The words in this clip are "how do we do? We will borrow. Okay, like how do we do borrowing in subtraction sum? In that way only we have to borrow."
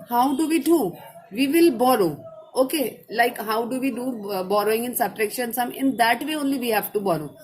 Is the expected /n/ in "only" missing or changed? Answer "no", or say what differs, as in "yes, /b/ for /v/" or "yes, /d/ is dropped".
no